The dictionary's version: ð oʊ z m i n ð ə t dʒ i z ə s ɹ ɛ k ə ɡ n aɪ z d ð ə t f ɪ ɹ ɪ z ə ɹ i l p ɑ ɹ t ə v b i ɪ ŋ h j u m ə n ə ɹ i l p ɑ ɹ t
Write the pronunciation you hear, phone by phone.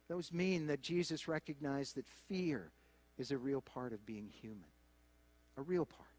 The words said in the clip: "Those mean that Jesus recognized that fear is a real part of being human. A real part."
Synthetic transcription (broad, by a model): ð oʊ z m i n ð ə t dʒ i z ə s ɹ ɛ k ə ɡ n aɪ z ð ə t f ɪ ɹ ɪ z ə ɹ i l p ɑ ɹ t ə v b i ɪ ŋ h j u m ə n ə ɹ i l p ɑ ɹ t